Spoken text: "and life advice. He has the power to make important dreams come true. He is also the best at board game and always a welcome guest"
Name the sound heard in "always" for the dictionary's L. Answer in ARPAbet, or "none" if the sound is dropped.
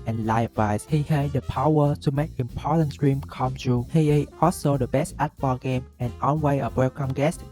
N